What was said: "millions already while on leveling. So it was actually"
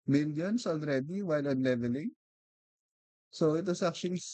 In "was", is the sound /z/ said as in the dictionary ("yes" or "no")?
no